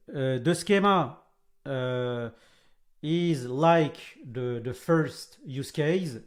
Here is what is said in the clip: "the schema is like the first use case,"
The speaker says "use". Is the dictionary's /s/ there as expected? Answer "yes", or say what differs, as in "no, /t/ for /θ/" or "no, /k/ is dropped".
yes